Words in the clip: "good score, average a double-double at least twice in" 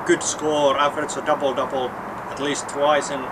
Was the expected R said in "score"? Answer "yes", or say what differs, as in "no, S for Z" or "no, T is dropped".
yes